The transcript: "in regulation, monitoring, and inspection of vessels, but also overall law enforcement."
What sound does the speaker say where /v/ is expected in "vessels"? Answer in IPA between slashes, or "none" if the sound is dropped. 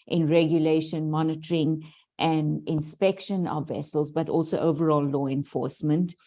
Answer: /v/